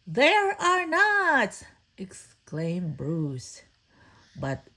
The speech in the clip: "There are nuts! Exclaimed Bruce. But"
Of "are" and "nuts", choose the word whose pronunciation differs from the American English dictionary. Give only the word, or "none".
nuts